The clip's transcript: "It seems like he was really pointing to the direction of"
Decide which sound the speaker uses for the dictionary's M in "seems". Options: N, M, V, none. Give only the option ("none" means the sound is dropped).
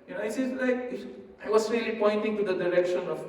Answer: none